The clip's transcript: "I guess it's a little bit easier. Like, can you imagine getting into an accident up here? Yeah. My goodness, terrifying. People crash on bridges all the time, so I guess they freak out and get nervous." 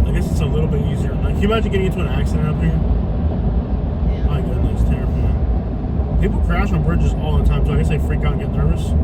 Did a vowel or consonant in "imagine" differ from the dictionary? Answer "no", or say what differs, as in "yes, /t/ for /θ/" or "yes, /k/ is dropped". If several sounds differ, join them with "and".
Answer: yes, /dʒ/ is dropped